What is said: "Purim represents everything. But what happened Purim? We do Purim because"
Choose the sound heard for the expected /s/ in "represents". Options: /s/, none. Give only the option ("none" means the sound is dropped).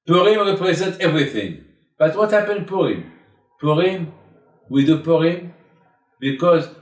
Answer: none